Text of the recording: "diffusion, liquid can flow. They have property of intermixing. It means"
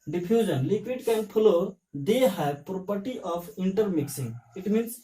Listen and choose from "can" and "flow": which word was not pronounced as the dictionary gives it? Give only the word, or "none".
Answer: flow